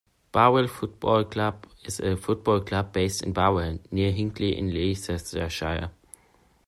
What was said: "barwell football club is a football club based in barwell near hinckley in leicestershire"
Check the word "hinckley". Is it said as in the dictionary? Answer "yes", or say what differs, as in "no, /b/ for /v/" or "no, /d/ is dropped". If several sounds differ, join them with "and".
yes